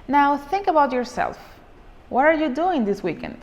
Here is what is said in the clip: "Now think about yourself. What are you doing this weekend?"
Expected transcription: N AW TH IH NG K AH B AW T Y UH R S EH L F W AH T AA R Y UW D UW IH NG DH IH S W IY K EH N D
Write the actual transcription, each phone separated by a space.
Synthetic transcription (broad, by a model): N AW TH IH NG K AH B AW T Y UH R S EH L F W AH T AA R Y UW D UW IH NG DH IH S W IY K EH N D